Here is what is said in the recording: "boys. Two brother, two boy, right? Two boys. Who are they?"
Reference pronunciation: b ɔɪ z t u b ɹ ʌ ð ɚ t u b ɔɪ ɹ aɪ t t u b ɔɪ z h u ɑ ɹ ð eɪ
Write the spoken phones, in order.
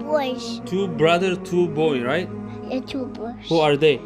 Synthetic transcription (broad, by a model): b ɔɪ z t u b ɹ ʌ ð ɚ t u b ɔɪ ɹ aɪ t t u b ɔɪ h u ɑ ɹ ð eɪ